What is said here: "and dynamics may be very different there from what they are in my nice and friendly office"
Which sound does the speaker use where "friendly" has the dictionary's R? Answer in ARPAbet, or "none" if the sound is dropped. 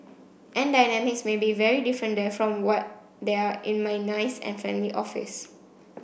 none